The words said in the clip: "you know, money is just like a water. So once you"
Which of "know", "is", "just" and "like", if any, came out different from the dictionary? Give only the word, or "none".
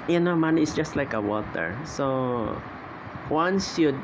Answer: is